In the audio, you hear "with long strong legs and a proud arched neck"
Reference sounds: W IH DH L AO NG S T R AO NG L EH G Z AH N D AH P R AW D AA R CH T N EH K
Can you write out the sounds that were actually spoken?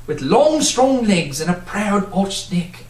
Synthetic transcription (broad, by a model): W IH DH L AO NG S T R AO NG L EH G Z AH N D AH P R AW D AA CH N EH K